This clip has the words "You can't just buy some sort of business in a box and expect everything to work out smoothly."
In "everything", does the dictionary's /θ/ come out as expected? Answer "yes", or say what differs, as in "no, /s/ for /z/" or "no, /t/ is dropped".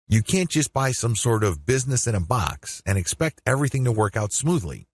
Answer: yes